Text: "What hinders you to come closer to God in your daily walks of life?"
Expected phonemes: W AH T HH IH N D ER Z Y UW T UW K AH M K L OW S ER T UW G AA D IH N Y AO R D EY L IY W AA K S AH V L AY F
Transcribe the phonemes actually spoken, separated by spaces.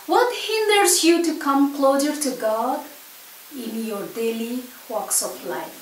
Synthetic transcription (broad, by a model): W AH T HH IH N D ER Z Y UW T UW K AH M K L OW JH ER T UW G AA D IH N Y AO R D EY L IY W AA K S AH F L AY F